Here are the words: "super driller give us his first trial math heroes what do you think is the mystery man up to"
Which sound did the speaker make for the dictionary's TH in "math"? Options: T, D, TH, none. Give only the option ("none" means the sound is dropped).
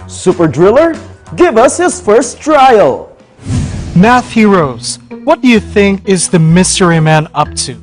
TH